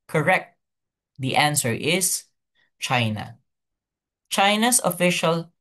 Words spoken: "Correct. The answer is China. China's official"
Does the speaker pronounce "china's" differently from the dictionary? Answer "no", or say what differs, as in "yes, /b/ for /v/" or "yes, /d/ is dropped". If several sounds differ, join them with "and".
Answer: yes, /s/ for /z/